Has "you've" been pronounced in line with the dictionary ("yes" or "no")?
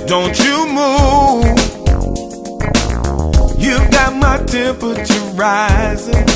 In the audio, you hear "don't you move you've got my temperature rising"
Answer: yes